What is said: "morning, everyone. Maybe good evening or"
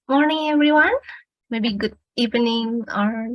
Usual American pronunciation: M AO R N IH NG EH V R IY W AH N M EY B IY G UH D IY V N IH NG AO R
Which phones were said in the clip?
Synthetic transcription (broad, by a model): M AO R N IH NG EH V R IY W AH N M EY B IY G UH D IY P N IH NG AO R